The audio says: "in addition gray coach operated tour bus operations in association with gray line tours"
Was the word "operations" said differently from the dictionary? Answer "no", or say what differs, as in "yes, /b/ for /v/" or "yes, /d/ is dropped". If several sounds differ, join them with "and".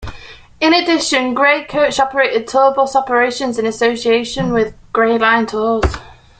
no